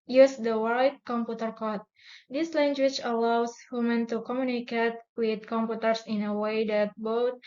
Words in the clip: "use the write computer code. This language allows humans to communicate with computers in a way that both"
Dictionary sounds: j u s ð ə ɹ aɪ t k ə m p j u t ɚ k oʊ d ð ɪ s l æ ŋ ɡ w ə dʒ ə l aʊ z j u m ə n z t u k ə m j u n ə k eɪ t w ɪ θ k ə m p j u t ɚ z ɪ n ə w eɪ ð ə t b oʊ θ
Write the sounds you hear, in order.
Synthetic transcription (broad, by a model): j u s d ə w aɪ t k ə m p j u t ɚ k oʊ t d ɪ s l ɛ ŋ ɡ w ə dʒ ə l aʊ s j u m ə n t u k ə m j u n ə k eɪ t w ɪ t k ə m p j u t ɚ s ɪ n ə w eɪ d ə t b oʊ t